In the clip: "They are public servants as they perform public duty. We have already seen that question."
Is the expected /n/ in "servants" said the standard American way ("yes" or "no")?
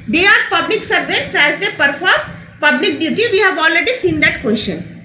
no